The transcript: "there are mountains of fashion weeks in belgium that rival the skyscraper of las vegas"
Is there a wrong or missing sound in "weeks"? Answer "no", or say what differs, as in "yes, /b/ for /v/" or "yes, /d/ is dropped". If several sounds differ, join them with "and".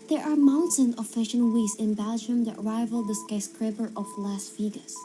yes, /k/ is dropped